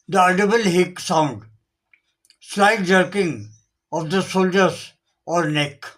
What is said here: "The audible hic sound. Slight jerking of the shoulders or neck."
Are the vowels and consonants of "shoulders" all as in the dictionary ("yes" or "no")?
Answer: no